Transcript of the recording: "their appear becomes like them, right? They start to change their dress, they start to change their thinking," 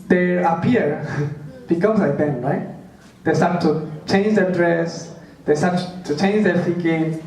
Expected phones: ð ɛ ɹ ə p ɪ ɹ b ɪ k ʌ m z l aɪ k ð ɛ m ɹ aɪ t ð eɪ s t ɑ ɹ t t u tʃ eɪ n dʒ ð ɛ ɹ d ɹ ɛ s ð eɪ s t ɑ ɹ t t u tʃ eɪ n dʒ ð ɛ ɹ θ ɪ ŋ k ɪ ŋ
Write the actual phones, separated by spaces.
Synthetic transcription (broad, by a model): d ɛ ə p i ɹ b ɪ k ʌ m s l aɪ k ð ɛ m ɹ aɪ t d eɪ s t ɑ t t u tʃ eɪ n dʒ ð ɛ d ɹ ɛ s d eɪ s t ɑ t t u tʃ eɪ n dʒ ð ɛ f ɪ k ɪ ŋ